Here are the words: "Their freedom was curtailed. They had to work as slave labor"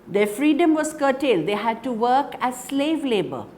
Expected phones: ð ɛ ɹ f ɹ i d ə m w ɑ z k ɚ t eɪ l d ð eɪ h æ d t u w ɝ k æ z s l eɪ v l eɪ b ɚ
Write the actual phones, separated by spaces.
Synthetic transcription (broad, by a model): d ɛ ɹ f ɹ i d ə m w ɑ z k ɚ t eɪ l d eɪ h æ d t u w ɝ k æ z s l eɪ v l eɪ b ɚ